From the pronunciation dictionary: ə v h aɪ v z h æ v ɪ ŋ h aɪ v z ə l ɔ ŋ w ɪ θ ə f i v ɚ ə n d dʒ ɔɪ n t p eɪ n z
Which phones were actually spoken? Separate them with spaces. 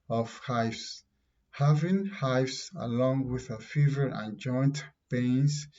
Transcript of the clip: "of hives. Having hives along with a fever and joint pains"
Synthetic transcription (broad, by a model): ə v h aɪ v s h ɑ v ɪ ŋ h aɪ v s ə l ɔ ŋ w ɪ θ ə f i v ɚ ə n dʒ ɔɪ n t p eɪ n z